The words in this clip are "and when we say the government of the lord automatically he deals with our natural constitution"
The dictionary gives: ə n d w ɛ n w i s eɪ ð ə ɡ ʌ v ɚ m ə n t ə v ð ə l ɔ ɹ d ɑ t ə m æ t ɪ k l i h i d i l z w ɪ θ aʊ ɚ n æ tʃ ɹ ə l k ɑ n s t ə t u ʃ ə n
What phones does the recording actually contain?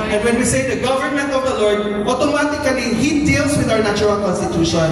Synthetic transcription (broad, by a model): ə n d w ɛ n w i s eɪ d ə ɡ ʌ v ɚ m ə n t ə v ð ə l ɔ ɹ d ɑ t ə m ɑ t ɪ k l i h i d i l s w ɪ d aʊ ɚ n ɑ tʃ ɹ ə l k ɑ n s t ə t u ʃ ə n